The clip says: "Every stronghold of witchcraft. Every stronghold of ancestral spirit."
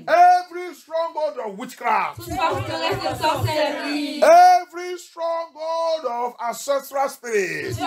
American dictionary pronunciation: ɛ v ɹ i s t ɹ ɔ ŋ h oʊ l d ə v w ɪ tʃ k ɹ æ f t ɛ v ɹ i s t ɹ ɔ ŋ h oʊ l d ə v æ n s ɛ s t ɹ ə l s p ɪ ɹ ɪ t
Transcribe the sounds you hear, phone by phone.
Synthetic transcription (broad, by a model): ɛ v ɹ i s t ɹ ɔ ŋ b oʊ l d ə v w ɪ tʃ k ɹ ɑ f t ɛ v ɹ i s t ɹ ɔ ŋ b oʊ d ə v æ s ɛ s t ɹ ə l s p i ɹ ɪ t